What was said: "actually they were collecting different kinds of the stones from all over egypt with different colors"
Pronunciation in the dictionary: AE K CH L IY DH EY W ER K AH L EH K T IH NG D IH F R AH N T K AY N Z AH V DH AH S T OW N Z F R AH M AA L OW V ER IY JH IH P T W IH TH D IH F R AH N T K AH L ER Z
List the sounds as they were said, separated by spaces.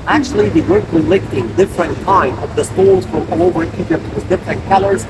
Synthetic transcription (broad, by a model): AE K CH L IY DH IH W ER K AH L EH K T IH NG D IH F R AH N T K AY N AH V DH AH S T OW L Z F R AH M AA L OW V ER IY JH IH P T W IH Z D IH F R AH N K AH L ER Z